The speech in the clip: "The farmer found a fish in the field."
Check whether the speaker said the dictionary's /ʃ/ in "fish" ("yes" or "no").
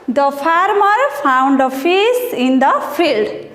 no